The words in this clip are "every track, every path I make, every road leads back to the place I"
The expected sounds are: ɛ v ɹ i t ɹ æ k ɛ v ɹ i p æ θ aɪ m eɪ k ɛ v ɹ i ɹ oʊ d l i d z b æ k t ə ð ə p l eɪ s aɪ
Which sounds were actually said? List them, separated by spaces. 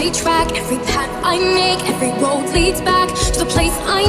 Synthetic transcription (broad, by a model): i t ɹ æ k ɛ v ɹ i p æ t aɪ m eɪ k ɛ v ɹ i w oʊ d l i d z b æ k t ə ð ə p l eɪ s aɪ